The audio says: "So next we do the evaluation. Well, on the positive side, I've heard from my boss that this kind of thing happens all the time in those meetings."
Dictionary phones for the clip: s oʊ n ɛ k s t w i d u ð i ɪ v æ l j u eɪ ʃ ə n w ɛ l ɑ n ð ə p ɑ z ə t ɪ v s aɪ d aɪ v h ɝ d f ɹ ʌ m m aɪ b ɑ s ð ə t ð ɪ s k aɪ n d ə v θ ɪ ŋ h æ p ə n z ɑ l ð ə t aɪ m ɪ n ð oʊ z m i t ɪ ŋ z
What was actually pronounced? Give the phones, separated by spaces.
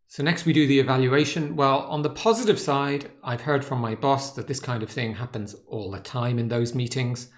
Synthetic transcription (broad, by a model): s oʊ n ɛ k s t w i d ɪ ð i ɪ v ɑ l j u eɪ ʃ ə n w ɛ l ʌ n ð ə p ɑ z ə t ɪ v s aɪ d aɪ v h ɝ d f ɹ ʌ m m aɪ b ɑ s ð ə t ð ɪ s k aɪ n d ə v θ ɪ ŋ h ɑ p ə n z ɑ l ð ə t aɪ m ɪ n ð oʊ z m i t ɪ ŋ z